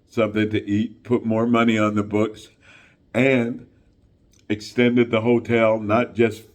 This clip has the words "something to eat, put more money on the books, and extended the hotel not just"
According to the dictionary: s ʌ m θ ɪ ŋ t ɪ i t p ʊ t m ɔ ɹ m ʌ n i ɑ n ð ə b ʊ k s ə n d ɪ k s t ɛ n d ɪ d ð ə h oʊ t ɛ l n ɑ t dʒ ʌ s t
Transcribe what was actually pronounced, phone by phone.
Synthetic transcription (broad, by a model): s ʌ m θ ɪ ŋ t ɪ i t p ʊ t m ɔ ɹ m ʌ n i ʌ n ð ə b ʊ k s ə n ɪ k s t ɛ n d ɪ d ð ə h oʊ t ɛ l n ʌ t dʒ ʌ s t